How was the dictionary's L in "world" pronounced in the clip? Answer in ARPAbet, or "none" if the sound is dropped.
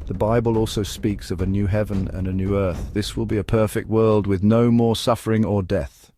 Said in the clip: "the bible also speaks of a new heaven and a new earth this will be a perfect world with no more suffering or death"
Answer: L